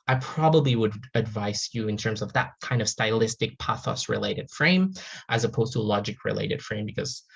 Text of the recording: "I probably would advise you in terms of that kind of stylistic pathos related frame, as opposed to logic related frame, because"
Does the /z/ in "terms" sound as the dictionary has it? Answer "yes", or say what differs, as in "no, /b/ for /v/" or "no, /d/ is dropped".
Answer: yes